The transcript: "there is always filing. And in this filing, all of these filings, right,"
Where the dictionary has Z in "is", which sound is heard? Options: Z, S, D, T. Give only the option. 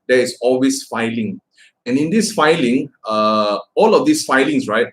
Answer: S